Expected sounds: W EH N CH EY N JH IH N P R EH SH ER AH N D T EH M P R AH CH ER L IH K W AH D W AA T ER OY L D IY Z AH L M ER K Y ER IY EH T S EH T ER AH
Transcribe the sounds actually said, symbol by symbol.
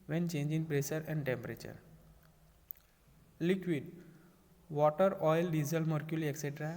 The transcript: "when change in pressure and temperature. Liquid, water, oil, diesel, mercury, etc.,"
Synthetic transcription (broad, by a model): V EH N CH EY N JH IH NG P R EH S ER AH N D T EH M P R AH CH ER L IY K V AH D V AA T ER OY L D IY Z AH L M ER K Y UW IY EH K S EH T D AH